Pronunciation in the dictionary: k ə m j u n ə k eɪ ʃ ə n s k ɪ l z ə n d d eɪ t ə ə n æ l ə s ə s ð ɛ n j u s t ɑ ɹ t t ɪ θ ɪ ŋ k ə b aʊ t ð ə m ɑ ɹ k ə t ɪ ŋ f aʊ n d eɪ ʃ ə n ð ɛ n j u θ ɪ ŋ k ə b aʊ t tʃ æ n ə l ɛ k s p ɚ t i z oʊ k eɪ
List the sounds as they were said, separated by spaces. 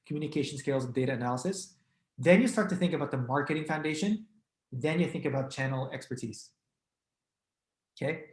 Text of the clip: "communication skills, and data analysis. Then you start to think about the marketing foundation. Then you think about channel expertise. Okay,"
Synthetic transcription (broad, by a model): k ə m j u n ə k eɪ ʃ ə n s k ɪ l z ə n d d eɪ t ə ə n æ l ə s ə s ð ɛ n j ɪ s t ɑ ɹ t t ɪ θ ɪ ŋ k ə b aʊ t ð ə m ɑ ɹ k ə t ɪ ŋ f aʊ n d eɪ ʃ ə n ð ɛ n j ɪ θ ɪ ŋ k ə b aʊ t tʃ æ n l ɛ k s p ɚ t i z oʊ k eɪ